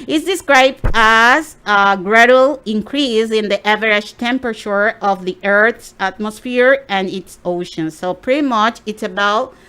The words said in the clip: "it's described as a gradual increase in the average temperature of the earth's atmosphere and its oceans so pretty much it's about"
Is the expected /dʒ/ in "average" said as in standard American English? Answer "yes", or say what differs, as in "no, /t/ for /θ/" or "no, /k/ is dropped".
no, /ʃ/ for /dʒ/